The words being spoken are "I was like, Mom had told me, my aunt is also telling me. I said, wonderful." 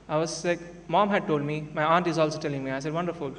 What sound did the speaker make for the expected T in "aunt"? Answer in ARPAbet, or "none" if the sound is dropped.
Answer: T